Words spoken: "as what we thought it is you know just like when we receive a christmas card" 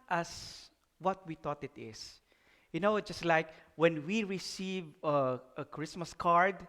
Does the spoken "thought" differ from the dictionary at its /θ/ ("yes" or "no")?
yes